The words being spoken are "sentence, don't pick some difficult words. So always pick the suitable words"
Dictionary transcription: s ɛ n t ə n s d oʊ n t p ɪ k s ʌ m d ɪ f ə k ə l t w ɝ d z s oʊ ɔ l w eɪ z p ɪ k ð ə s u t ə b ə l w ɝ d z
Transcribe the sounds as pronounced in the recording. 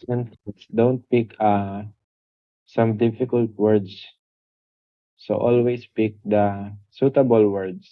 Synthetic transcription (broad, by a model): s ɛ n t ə s d oʊ n t p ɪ k s ʌ m d ɪ f ə k ə l t w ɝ d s s oʊ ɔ l w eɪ s p ɪ k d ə s u t ə b ə l w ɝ d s